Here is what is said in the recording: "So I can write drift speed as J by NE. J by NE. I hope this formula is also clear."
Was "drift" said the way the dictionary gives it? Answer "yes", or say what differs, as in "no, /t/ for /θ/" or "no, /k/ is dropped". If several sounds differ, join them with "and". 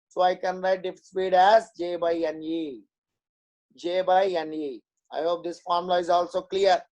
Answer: no, /ɹ/ is dropped